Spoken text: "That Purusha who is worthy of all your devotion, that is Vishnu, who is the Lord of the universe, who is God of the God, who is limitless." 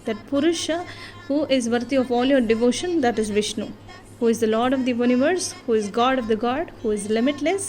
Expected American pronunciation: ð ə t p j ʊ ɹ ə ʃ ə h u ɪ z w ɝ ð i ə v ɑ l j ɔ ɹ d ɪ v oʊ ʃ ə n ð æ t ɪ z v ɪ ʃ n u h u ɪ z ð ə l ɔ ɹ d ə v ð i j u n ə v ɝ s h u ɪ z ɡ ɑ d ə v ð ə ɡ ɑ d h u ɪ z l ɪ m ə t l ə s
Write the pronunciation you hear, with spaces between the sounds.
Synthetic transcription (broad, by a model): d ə t p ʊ ɹ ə ʃ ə h u ɪ z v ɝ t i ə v ɑ l j ɔ ɹ d ɪ v oʊ ʃ ə n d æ t ɪ z v ɪ ʃ n u h u ɪ z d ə l ɔ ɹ d ə v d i j u n ə v ɝ s h u ɪ z ɡ ɑ d ə v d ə ɡ ɑ d h u ɪ z l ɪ m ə t l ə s